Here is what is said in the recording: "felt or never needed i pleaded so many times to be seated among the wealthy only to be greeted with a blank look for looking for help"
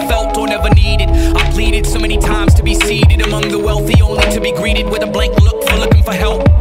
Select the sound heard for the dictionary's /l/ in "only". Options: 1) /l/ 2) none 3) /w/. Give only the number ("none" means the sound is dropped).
2